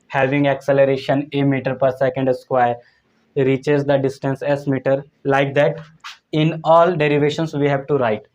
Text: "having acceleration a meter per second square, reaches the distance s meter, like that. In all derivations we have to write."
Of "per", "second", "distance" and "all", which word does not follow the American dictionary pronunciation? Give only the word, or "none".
none